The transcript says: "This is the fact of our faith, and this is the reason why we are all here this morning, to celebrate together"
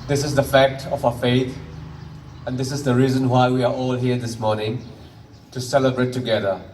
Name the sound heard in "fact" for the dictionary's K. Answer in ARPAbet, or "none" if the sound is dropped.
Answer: K